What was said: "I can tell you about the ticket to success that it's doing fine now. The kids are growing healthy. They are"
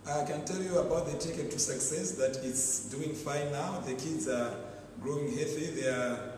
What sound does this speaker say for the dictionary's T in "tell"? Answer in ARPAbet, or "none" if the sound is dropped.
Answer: T